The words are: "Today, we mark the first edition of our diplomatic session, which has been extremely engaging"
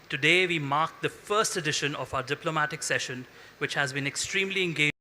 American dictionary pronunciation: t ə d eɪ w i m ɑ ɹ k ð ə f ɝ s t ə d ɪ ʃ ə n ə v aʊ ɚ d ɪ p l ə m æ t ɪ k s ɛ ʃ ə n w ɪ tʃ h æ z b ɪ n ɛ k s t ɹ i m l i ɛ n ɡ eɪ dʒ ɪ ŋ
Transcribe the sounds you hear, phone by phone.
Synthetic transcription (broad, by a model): t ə d eɪ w i m ɑ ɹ k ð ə f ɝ s t ə d ɪ ʃ ə n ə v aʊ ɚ d ɪ p l ə m æ t ɪ k s ɛ ʃ ə n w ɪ tʃ h æ z b ɪ n ɛ k s t ɹ i m l i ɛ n ɡ eɪ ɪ